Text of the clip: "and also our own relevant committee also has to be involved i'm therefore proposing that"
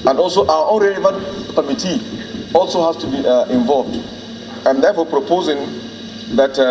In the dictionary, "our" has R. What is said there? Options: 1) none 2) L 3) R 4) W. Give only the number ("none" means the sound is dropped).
4